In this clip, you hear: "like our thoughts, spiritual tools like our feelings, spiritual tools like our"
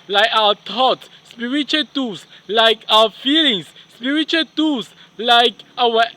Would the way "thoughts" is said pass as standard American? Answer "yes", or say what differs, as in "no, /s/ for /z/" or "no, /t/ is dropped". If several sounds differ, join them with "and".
no, /t/ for /θ/